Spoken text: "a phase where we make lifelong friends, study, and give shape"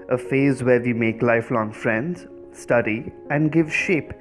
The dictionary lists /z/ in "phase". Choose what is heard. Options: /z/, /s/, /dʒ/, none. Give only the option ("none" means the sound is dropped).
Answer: /z/